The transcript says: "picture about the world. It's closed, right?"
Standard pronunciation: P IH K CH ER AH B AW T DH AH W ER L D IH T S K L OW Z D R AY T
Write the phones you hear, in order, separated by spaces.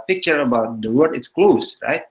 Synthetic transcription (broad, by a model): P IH K CH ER AH B AW T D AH W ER D IH T S K L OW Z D R AY T